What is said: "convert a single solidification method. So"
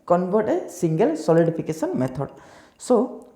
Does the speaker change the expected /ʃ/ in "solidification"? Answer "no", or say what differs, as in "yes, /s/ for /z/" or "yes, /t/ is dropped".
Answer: yes, /s/ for /ʃ/